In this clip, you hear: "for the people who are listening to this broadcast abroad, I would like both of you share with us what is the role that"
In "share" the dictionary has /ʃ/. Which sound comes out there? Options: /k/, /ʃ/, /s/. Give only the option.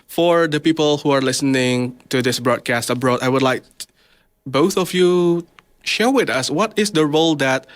/ʃ/